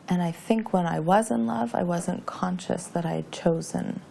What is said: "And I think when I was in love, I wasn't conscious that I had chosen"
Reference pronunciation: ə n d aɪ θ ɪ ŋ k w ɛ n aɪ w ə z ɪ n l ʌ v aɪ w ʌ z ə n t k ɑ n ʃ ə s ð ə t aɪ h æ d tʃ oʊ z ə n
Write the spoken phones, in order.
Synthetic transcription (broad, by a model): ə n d aɪ θ ɪ ŋ k w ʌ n aɪ w ə z ɪ n l ʌ v aɪ w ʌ z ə n k ɑ n ʃ ə s ð ə t aɪ d tʃ oʊ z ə n